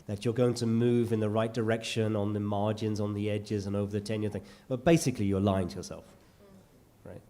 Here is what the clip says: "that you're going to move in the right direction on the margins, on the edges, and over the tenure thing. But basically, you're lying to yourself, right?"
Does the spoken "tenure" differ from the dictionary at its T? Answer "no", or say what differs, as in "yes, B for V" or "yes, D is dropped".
no